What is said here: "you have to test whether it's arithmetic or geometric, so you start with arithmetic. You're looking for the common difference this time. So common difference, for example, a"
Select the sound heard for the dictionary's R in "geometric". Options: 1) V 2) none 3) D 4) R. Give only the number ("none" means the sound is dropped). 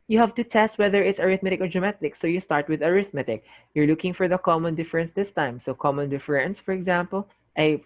2